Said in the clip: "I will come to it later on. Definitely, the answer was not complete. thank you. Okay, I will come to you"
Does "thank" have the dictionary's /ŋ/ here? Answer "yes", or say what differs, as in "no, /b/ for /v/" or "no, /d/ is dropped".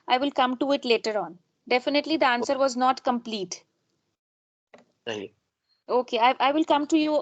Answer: no, /ŋ/ is dropped